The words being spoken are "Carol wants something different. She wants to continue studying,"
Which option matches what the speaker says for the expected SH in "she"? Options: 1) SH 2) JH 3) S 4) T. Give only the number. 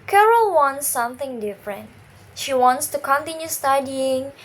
1